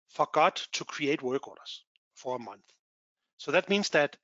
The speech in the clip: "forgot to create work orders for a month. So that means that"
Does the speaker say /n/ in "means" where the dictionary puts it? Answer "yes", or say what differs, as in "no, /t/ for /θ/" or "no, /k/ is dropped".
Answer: yes